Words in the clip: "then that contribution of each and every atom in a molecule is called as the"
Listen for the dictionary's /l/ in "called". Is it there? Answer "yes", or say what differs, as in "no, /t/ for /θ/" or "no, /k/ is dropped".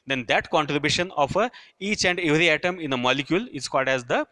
yes